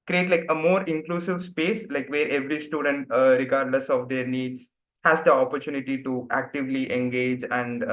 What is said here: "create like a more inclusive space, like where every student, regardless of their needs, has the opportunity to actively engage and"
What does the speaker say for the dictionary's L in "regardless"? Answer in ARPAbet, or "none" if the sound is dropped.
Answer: L